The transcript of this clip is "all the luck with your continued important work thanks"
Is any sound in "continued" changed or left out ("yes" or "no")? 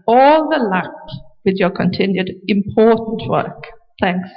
no